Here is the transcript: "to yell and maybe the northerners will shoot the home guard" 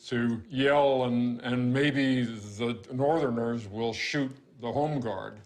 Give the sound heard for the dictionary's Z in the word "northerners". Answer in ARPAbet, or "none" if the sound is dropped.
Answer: Z